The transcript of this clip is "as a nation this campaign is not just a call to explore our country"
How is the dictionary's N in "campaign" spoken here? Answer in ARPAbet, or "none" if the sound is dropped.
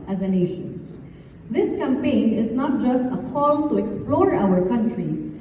N